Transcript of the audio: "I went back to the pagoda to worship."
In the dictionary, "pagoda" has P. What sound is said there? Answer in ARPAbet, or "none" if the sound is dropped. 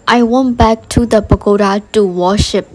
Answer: B